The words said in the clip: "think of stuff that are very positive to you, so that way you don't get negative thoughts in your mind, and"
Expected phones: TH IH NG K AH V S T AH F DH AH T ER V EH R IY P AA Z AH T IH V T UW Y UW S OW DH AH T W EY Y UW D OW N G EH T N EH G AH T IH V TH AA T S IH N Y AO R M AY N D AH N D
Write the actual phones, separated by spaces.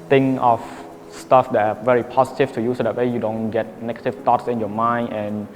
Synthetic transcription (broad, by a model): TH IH NG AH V S T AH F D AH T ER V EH R IY P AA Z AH T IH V T UW Y UW S OW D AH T W EY Y UW D OW N G EH T N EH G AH T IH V T AA T S IH N Y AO M AY N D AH N